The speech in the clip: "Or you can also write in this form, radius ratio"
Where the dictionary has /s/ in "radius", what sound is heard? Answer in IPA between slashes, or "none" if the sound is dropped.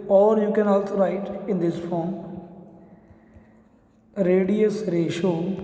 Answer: /s/